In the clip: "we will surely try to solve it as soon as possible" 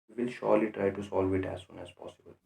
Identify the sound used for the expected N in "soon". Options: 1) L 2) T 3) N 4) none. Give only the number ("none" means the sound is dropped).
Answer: 3